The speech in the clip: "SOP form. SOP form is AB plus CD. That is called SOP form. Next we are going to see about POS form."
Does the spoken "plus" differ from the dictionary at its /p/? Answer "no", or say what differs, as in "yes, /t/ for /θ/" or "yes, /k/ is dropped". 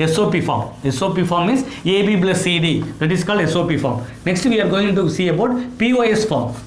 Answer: yes, /b/ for /p/